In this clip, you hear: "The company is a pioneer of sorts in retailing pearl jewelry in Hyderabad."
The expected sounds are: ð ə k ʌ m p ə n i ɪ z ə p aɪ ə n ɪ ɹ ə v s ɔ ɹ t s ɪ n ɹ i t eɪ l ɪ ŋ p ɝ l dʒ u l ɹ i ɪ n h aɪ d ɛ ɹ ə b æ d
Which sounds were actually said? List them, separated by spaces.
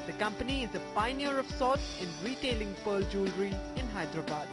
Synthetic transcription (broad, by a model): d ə k ʌ m p ə n i ɪ z ə p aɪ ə n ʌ ɹ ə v s ɔ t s ɪ n ɹ i t eɪ l ɪ ŋ p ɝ l dʒ u l ɹ i ɪ n h aɪ d ɹ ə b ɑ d